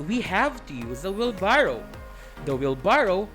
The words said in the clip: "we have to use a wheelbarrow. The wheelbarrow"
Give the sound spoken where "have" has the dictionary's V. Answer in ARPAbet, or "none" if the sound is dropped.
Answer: V